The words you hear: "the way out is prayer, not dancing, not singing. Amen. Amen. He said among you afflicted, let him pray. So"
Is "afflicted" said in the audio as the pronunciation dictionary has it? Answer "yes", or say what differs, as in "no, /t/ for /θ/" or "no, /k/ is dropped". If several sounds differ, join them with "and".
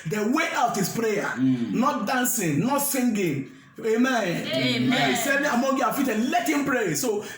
no, /l/ is dropped and /k/ is dropped